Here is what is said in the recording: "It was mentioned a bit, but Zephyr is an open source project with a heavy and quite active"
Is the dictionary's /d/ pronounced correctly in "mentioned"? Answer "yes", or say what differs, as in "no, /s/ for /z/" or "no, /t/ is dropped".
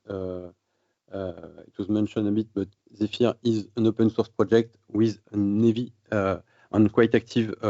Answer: no, /d/ is dropped